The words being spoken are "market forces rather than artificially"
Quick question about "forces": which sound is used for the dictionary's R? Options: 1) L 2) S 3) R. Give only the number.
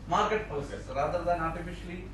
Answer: 1